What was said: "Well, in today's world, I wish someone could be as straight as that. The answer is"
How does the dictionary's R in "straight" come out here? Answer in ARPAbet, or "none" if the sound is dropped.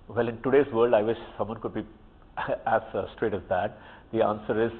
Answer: R